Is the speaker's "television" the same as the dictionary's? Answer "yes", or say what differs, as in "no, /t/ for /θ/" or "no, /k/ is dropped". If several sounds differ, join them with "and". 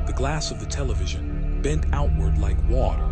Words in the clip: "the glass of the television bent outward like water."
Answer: yes